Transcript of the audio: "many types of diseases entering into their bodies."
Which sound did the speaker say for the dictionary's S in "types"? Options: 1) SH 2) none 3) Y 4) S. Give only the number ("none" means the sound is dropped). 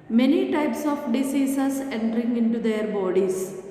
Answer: 4